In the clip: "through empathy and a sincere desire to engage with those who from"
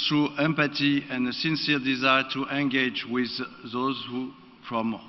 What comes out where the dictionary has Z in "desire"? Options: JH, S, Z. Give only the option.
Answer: Z